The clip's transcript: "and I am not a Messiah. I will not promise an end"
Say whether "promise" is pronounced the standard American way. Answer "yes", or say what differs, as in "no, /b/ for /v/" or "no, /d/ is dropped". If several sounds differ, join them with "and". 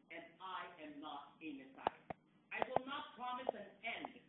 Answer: yes